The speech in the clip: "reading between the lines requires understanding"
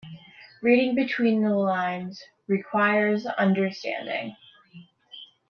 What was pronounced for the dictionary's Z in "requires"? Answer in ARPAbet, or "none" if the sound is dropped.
Z